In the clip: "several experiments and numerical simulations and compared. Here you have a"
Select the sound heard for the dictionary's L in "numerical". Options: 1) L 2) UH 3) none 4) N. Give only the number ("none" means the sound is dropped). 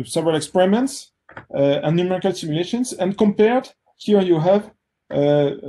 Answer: 1